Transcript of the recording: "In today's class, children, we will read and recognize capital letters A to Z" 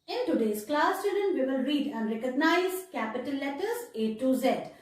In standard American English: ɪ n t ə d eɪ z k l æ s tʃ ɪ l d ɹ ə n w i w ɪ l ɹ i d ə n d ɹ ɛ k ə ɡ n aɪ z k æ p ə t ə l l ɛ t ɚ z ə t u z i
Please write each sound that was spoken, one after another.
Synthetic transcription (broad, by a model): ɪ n t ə d eɪ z k l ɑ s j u d ə n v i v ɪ l ɹ i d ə n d ɹ ɛ k ə ɡ n aɪ z k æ p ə t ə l l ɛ t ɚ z ə t u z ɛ